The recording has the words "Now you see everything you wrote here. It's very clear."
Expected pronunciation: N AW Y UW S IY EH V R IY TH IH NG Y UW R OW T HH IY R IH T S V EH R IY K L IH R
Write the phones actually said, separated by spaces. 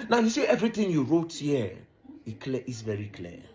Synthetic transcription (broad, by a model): N AW Y UW S IY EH V R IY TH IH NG Y UW R OW T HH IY L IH T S V EH R IY K L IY